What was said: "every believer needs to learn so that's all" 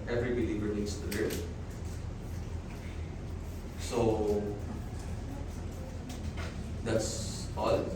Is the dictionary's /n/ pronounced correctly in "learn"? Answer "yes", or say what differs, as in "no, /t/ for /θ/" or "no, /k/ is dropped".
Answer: no, /l/ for /n/